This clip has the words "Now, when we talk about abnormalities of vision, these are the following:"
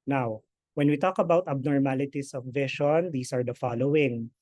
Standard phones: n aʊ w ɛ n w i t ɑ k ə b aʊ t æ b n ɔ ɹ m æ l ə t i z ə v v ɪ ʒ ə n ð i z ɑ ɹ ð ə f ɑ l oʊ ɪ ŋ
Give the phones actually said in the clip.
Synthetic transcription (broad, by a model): n aʊ w ɛ n w i t ɑ k ə b aʊ t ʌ b n ɔ ɹ m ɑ l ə t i s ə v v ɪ ʃ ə n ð i s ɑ ɹ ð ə f ɑ l oʊ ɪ ŋ